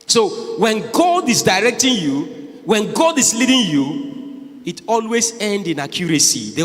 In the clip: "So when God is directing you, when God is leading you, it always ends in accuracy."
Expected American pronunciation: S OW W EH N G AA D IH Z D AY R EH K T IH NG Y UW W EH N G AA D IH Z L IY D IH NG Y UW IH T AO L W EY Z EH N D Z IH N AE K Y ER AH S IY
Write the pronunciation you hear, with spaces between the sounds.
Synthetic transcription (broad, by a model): S OW W EH N G AA D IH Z D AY R EH K T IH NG Y UW W EH N G AA D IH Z L IY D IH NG Y UW IH T AO L W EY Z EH N D IH N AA K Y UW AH S IY